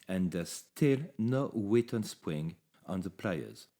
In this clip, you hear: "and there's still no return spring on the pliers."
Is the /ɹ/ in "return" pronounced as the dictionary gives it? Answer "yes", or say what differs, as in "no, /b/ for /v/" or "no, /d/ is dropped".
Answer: no, /w/ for /ɹ/